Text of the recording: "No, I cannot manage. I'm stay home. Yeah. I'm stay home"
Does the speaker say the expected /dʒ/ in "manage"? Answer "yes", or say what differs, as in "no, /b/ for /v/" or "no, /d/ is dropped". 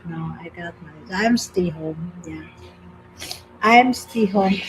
no, /z/ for /dʒ/